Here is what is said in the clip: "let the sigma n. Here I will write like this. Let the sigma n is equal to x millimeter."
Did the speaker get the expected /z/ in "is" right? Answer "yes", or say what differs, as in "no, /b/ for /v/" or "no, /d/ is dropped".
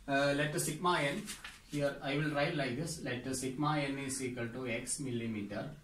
no, /s/ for /z/